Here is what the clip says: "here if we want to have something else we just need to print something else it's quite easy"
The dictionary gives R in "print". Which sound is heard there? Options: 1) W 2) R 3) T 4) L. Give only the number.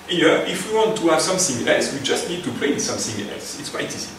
4